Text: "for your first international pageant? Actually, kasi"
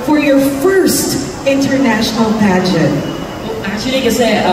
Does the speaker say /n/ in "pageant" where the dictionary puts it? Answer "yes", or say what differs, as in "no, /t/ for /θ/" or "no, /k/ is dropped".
no, /n/ is dropped